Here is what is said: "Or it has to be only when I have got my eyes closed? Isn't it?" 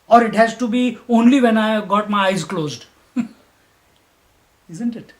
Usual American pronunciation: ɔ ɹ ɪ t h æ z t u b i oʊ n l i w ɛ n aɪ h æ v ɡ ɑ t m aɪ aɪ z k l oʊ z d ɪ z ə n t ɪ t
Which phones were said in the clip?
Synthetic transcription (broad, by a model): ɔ ɹ ɪ t h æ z t u b i oʊ n l i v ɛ n aɪ ɡ ɑ t m aɪ aɪ z k l oʊ z d ɪ z ə n t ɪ t